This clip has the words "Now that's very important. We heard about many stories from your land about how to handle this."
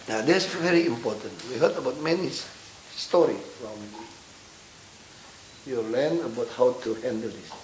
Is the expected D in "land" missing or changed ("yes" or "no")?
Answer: yes